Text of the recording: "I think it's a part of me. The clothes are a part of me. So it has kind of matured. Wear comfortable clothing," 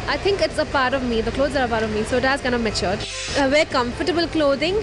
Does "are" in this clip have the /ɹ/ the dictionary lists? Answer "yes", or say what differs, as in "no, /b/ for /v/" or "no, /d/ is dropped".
yes